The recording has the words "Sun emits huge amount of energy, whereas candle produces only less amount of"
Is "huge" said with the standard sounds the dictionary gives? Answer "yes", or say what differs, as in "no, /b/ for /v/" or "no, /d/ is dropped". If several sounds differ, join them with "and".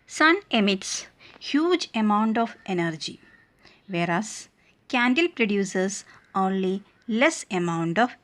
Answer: yes